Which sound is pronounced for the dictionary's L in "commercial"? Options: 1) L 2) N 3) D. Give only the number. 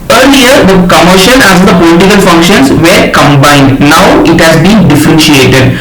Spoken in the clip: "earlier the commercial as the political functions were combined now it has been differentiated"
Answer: 2